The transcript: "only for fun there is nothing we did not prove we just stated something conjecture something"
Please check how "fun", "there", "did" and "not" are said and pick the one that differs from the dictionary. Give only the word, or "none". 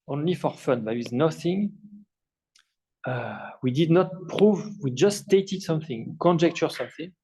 there